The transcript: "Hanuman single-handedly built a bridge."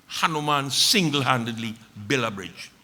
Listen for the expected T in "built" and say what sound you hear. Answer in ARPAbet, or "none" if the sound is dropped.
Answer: none